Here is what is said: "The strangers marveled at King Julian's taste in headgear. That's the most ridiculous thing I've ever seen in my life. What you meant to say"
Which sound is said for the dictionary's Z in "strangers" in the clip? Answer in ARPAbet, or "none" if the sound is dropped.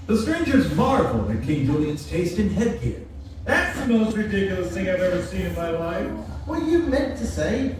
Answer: Z